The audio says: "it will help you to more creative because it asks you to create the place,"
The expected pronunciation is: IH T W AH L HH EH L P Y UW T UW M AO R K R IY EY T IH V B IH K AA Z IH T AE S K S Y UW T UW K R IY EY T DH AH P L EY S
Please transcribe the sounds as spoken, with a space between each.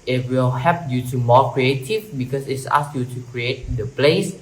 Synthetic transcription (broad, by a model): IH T W AH L HH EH P Y UW T UW M AO K R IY EY T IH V B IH K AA S IH T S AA S Y UW T UW K R IY EY T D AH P L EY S